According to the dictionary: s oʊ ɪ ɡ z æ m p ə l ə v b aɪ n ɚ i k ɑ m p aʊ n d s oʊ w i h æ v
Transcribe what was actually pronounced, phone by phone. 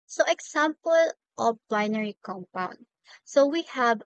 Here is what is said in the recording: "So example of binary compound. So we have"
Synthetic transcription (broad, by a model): s oʊ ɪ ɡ s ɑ m p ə l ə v b aɪ n ɚ i k ɑ m p aʊ n d s oʊ w i h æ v